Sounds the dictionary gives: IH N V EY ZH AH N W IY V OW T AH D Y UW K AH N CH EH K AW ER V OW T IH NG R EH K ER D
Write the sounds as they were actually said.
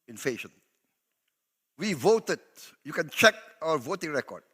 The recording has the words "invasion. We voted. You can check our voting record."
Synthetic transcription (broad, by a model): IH N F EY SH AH N W IY V OW T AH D Y UW K AH N CH EH K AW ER V OW T IH NG R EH K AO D